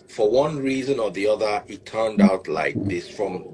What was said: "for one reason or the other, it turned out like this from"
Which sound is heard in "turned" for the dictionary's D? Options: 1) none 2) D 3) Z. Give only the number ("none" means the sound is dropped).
2